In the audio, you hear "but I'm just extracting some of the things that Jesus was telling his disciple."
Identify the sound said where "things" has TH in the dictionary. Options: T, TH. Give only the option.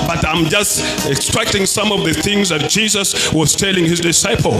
TH